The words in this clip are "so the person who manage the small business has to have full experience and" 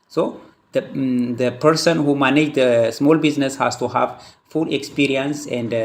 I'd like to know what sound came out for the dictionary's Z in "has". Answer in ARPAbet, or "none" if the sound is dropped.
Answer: S